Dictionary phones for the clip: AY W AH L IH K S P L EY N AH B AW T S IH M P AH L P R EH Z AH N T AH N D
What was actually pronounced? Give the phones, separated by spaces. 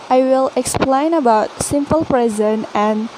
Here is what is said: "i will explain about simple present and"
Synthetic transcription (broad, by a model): AY W AH L IH K S P L EY N AH B AW T S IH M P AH L P R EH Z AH N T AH N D